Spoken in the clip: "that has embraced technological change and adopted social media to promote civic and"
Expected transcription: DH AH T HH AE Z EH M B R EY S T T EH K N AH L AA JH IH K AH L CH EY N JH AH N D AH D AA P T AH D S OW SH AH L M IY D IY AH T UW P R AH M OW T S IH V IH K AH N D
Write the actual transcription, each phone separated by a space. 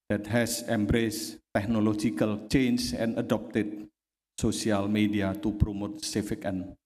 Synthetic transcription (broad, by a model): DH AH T HH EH S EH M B R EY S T T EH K N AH L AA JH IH K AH L CH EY N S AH N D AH D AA P T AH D S OW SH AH L M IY D IY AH T UW P R AH M OW T S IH F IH K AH N